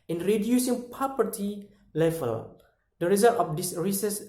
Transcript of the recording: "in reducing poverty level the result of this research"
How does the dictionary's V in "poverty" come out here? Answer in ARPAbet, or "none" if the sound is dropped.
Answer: P